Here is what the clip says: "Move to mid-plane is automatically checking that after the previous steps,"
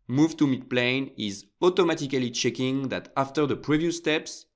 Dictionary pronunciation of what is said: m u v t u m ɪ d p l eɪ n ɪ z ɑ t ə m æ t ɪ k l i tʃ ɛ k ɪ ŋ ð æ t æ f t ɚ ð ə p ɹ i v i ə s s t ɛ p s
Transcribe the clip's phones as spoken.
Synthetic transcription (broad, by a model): m u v t u m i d p l eɪ n ɪ z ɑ t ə m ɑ t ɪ k l i tʃ ɛ k ɪ ŋ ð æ t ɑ f t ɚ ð ə p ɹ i v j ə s s t ɛ p s